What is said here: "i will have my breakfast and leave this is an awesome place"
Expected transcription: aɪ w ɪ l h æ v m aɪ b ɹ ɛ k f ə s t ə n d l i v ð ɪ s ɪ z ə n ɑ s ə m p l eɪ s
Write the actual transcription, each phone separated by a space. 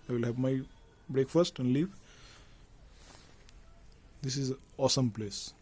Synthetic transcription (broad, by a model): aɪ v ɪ l h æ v m aɪ b ɹ ɛ k f ə s t ə n d l i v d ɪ s ɪ z ɑ s ə m p l eɪ s